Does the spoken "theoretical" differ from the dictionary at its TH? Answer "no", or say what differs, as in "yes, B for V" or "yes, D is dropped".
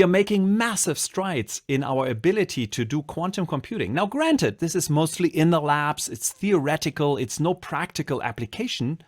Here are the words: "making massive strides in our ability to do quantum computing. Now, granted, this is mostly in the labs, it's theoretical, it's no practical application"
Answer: no